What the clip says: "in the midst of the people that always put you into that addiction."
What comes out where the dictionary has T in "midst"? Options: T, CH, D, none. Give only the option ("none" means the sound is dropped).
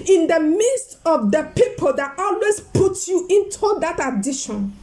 T